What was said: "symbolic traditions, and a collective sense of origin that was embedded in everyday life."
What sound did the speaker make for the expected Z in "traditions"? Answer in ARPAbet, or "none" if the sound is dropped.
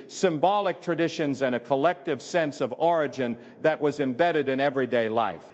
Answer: Z